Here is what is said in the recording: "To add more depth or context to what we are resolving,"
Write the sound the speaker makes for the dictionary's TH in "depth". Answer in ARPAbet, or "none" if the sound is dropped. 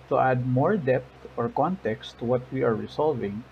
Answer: T